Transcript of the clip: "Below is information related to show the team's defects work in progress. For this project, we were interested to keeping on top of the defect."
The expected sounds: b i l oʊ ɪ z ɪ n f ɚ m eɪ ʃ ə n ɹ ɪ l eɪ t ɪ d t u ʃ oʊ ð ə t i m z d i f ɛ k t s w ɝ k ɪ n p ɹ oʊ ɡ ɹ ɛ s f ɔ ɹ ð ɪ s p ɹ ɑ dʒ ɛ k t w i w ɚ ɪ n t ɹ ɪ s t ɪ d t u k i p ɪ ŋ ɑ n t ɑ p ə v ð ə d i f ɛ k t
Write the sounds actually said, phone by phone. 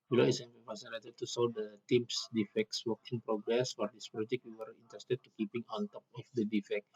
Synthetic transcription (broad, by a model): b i l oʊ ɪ s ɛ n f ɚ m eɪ s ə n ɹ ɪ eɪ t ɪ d t u s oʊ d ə t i m s d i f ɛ k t s w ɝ k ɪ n p ɹ oʊ ɡ ɹ ɛ s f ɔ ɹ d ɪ s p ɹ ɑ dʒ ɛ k w i w ɚ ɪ n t ɹ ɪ s t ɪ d t u k i p ɪ ŋ ɑ n t ɑ p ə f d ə d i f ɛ k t